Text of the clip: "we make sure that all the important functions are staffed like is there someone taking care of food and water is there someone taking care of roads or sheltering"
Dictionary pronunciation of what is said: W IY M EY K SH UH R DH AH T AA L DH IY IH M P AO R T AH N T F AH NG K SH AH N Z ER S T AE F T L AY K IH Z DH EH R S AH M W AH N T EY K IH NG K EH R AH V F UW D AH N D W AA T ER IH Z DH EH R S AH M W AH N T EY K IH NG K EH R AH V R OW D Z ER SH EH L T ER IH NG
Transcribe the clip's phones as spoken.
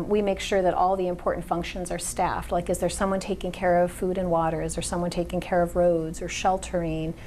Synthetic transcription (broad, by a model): W IY M EY K SH UH R DH AH T AA L DH IY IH M P AO R T N T F AH NG K SH AH N Z ER S T AE F T L AY K IH Z DH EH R S AH M W AH N T EY K IH NG K EH R AH V F UW D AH N W AA T ER IH Z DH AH R S AH M W AH N T EY K IH NG K EH R AH V R OW D Z ER SH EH L T ER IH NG